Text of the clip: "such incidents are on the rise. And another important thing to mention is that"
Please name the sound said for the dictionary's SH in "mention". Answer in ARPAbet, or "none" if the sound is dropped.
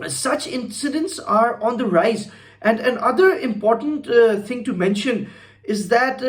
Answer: SH